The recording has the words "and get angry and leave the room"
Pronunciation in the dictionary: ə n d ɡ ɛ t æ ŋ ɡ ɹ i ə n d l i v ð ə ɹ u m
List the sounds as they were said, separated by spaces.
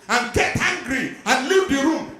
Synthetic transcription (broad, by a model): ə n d ɡ ɛ t æ ŋ ɡ ɹ i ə n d l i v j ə ɹ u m